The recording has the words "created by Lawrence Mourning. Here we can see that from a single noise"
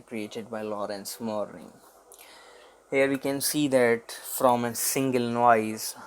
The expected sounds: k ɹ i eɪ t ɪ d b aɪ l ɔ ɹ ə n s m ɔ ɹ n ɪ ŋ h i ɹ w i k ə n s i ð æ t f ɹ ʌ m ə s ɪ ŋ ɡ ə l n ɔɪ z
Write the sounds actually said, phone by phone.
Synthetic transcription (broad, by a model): k ɹ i eɪ t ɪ d b aɪ l ɔ ɹ ə n s m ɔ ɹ ɪ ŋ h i ɹ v i k ə n s i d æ t f ɹ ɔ m ə s ɪ ŋ ɡ ə l n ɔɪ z